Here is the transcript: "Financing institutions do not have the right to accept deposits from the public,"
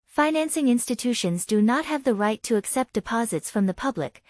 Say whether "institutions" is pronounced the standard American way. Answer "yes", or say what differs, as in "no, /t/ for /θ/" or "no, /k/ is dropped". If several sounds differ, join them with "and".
yes